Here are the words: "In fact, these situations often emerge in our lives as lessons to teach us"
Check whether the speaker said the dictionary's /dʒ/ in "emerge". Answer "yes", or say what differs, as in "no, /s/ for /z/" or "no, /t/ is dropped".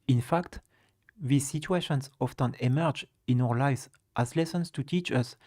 yes